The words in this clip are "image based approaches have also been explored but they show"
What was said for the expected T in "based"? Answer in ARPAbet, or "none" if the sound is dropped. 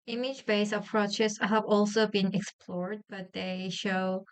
none